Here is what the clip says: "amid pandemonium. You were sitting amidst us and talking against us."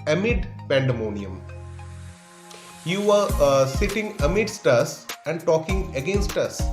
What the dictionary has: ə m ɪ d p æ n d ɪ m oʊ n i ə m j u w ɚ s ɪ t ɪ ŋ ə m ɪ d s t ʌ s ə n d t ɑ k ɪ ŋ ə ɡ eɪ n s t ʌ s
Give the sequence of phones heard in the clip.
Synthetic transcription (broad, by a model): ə m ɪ d p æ n d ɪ m oʊ n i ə m j u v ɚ s ɪ t ɪ ŋ ə m ɪ d s t ʌ s ə n d t ɑ k ɪ ŋ ə ɡ eɪ n s t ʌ s